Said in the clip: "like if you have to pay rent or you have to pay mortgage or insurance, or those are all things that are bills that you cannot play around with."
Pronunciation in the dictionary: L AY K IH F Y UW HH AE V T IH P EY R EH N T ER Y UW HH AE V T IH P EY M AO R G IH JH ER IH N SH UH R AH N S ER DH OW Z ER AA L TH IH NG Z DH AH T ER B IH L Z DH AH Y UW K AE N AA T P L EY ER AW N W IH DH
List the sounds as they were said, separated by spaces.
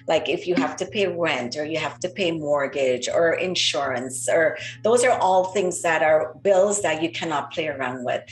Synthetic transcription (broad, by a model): L AY K IH F Y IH HH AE F T IH P EY R EH N T ER Y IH HH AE F T IH P EY M AO R G IH JH ER IH N SH UH R AH N S ER DH OW Z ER AA L TH IH NG Z DH AH T ER B IH L Z DH AH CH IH K AE N AA T P L EY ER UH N W IH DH